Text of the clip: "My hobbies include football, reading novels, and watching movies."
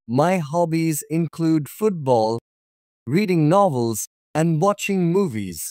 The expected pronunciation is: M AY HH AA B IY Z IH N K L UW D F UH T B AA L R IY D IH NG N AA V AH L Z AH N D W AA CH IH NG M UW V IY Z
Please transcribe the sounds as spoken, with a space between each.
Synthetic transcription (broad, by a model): M AY HH AA B IY Z IH N K L UW D F UH T B AA L R IY D IH NG N AA V AH L Z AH N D W AA CH IH NG M UW V IY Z